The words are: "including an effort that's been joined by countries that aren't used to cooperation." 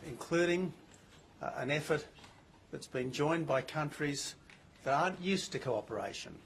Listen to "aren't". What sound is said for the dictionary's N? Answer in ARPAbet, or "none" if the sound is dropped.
N